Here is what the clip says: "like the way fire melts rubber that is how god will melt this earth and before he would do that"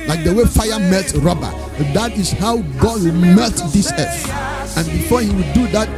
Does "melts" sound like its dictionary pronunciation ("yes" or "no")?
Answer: no